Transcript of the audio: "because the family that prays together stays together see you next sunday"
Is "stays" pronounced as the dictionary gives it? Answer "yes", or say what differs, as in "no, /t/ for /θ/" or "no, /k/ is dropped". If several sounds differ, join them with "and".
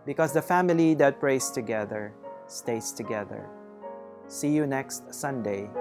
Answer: no, /s/ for /z/